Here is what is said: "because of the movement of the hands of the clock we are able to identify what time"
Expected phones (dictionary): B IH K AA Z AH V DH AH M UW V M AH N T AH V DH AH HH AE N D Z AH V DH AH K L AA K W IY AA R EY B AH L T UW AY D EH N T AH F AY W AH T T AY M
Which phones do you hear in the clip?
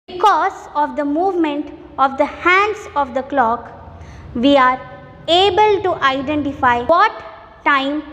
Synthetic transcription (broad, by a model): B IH K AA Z AH V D AH M UW V M AH N T AH V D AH HH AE N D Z AH V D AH K L AA K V IY AA R EY B AH L T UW AY D EH N T AH F AY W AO T T AY M